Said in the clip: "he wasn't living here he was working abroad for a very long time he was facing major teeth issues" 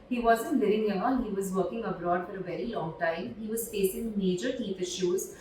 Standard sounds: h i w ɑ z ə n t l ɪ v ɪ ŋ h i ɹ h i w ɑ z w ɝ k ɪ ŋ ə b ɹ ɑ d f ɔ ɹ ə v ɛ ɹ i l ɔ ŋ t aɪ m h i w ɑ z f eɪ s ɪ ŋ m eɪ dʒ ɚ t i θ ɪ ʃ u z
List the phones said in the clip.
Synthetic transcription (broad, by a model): h i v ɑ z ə n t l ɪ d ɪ ŋ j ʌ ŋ h i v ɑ z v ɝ k ɪ ŋ ə b ɹ ɑ d f ɔ ɹ ə v ɛ ɹ i l ɔ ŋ t aɪ m h i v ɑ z f eɪ s ɪ ŋ m eɪ dʒ ɚ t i f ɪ ʃ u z